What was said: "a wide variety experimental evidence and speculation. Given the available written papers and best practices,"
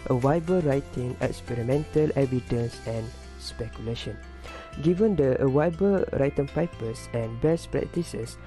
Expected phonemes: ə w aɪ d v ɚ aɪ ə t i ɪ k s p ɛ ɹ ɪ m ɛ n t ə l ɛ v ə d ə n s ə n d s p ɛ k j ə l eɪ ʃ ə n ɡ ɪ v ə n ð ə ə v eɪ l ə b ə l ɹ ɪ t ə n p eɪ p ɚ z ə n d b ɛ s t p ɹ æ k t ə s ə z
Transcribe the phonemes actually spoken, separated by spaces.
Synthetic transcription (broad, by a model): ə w aɪ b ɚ aɪ t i ɪ k s p ɛ ɹ ɪ m ɛ n t ə l ɛ v ə d ə n s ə n s p ɛ k j ə l eɪ ʃ ə n ɡ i v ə n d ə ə w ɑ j b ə ɹ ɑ t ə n p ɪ p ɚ s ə n b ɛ s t p ɹ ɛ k t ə s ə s